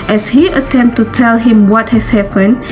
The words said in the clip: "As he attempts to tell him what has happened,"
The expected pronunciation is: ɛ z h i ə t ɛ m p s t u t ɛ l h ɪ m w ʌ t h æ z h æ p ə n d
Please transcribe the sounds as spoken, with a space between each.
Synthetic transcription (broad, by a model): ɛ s h i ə t ɛ m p t u t ɛ l h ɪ m w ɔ t h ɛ s h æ p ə n